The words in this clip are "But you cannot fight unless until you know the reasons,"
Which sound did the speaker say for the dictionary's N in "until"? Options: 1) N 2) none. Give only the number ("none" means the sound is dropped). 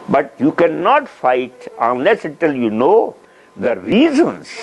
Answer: 2